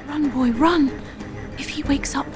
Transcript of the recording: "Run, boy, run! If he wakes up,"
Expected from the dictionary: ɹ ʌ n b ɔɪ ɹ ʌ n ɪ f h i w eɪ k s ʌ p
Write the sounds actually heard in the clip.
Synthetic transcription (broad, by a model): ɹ ʌ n b ɔɪ ɹ ʌ n ɪ f h i w eɪ k s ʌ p